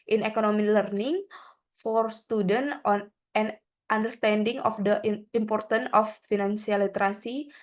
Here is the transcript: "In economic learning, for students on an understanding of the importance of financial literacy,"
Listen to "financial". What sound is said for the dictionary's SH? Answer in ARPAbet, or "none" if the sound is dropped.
S